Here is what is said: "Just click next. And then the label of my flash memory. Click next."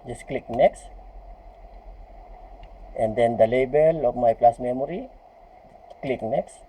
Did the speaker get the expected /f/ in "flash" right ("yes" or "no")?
no